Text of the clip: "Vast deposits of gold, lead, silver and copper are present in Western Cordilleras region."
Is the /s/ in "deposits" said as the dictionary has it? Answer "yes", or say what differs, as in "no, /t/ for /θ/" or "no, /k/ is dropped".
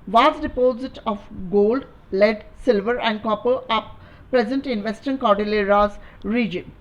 no, /s/ is dropped